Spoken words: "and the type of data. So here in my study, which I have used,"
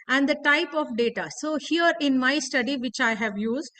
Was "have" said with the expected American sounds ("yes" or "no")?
yes